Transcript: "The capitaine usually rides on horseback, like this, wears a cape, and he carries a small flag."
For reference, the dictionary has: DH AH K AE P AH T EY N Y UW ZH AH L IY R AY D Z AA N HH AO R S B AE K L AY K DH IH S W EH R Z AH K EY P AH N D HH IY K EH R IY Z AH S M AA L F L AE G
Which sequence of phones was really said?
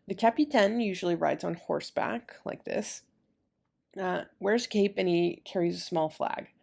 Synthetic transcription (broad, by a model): DH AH K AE P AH T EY N Y UW ZH L IY R AY D Z N HH AO R S B AE K L AY K DH IH S W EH R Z K EY P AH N IY K EH R IY Z AH S M AA L F L AE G